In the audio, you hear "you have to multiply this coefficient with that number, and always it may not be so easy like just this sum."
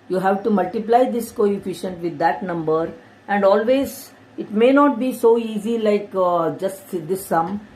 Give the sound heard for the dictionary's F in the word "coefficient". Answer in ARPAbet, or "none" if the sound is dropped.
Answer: F